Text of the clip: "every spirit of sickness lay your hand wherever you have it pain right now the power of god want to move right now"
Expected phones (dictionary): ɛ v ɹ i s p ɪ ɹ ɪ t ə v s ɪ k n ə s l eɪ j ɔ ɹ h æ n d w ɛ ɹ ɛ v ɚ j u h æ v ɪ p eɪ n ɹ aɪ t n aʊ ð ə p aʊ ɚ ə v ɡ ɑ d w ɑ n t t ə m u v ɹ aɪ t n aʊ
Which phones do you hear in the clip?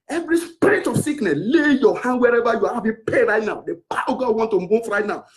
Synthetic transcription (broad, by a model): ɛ v ɹ i s p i ɹ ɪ t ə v s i k n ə s l eɪ j ɔ h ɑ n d w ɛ ɹ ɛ v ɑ j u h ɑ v ɪ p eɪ ɹ aɪ t n aʊ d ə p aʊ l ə ɡ ɑ d w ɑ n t t ə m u f ɹ aɪ t n aʊ